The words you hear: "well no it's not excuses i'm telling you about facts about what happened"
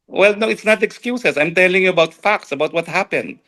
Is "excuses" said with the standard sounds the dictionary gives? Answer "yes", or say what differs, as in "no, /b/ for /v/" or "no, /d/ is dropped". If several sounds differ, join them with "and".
no, /s/ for /z/